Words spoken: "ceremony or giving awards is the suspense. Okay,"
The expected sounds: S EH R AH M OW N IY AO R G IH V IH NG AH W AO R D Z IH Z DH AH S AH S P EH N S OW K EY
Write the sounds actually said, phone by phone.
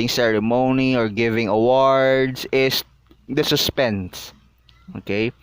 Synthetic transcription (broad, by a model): S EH R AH M OW N IY AO R G IH V IH NG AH W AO R D S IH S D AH S AH S P EH N S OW K EY